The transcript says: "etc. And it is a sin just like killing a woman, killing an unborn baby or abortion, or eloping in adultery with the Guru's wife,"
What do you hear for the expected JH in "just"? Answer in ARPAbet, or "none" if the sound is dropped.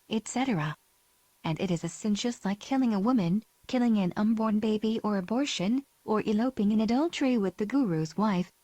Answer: SH